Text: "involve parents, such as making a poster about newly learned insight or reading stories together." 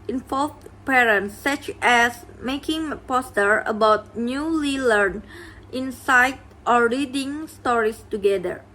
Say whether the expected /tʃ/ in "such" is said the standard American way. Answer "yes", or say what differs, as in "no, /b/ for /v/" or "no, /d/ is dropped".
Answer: yes